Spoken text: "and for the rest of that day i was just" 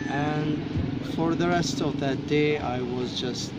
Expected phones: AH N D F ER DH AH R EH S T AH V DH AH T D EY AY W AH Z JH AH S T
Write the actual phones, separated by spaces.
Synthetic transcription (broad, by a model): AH N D F ER DH AH R EH S T AH V DH AH T D EY AY W AH Z JH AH S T